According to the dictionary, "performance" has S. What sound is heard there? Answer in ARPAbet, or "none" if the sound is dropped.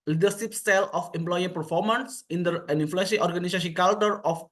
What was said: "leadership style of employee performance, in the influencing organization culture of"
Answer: S